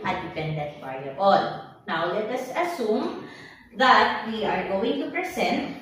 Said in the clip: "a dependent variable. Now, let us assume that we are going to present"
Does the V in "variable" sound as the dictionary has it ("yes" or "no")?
no